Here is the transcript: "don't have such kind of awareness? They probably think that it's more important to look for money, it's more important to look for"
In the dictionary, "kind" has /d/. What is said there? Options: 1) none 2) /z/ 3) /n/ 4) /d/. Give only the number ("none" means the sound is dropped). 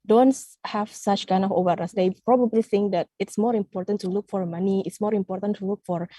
4